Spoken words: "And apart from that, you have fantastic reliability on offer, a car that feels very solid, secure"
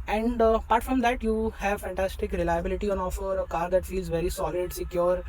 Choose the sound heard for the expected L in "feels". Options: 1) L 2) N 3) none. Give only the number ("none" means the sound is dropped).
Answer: 1